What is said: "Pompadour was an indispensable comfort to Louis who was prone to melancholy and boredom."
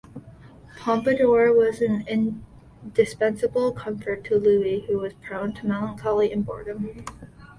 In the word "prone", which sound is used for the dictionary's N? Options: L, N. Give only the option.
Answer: N